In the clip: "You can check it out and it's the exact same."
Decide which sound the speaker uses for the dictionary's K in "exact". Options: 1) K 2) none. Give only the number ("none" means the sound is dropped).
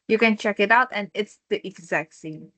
1